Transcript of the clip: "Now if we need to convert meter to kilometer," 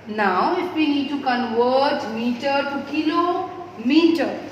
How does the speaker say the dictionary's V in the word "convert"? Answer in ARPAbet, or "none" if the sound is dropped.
W